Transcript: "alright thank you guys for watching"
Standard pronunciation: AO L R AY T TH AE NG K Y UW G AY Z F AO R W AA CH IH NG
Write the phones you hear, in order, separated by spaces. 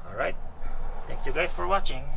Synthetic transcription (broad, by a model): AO L R AY T T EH NG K Y UW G AY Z F AO R W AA CH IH NG